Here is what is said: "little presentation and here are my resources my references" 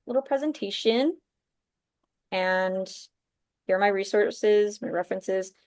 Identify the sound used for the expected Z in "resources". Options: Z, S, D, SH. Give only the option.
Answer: Z